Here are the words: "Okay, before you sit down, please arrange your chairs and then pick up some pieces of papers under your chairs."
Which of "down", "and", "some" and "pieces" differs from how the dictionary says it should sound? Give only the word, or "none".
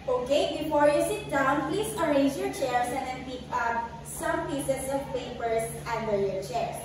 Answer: pieces